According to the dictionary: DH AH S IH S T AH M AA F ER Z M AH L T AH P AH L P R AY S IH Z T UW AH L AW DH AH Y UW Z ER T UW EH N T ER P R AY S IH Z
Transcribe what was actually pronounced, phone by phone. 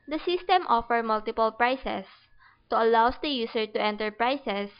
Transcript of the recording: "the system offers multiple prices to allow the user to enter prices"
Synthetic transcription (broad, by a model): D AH S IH S T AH M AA F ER M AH L T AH P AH L P R AY S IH S T UW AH L AW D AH Y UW S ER T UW EH N T ER P R AY S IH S